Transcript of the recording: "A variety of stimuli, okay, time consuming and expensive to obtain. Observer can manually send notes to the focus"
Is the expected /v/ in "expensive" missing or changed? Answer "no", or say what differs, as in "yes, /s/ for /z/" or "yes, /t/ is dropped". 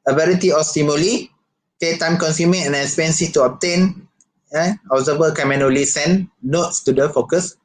yes, /f/ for /v/